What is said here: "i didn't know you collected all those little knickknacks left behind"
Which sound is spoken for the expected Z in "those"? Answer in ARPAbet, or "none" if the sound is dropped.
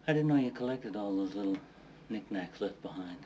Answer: Z